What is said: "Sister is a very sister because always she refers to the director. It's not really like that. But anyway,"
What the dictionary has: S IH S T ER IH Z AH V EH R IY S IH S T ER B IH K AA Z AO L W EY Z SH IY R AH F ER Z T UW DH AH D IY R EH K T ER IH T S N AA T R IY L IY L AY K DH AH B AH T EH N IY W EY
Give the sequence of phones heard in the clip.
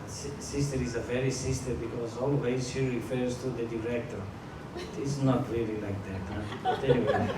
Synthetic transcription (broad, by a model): S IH S T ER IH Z AH V EH R IY S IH S T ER B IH K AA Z AO L W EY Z SH IY R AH F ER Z T UW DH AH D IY R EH K T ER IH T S N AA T L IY L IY L AY K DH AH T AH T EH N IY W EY